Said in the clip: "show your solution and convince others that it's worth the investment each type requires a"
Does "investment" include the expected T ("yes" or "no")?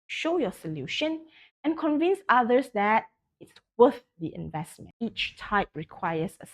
no